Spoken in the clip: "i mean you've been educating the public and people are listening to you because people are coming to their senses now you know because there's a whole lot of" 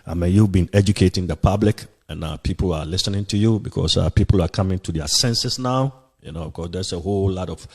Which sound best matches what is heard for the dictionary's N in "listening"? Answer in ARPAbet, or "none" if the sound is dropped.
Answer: N